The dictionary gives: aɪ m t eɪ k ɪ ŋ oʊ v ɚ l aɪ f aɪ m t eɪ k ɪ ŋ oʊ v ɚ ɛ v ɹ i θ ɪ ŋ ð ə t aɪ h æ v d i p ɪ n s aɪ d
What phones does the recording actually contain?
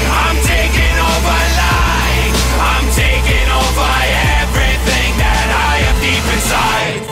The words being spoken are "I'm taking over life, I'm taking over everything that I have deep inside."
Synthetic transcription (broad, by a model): aɪ m t eɪ k ɪ ŋ oʊ v ɚ l aɪ aɪ m t eɪ k ɪ ŋ oʊ v ɚ ɛ v ɹ i θ ɪ ŋ ð ə t aɪ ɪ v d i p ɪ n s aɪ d